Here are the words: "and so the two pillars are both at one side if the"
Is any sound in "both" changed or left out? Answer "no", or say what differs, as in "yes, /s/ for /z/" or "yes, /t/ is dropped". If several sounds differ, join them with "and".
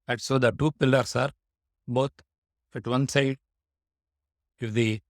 yes, /f/ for /θ/